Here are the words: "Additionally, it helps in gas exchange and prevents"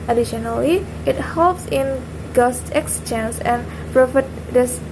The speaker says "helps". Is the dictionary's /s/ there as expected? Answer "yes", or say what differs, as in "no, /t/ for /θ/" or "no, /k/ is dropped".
yes